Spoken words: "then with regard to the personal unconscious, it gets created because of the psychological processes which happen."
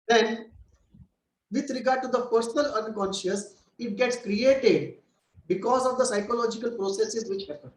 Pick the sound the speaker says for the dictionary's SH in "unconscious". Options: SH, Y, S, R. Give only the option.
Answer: SH